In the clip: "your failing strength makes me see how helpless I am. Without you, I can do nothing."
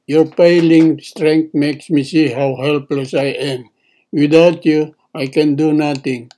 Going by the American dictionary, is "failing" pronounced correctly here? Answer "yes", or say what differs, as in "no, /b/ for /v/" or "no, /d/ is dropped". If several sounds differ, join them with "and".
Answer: no, /p/ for /f/